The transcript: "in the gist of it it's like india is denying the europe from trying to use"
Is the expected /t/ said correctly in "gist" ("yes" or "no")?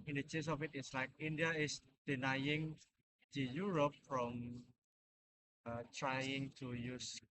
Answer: no